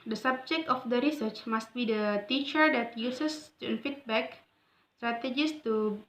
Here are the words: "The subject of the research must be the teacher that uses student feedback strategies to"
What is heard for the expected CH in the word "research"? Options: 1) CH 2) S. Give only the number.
1